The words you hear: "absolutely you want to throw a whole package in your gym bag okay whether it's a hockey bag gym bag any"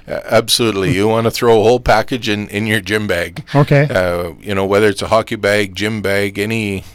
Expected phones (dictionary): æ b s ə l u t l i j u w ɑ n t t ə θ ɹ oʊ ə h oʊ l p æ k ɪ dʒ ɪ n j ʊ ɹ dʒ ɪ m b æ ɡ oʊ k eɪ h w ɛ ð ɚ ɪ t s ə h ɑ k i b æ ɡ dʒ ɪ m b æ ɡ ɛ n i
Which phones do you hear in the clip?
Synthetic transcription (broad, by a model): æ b s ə l u t l i j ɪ w ɑ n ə θ ɹ oʊ ə h oʊ l p æ k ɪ dʒ ɪ n j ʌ ɹ dʒ ɪ m b æ ɡ oʊ k eɪ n w ɛ ð ɚ ɪ t s ə h ɑ k i b æ ɡ dʒ ɪ m b æ ɡ ɛ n i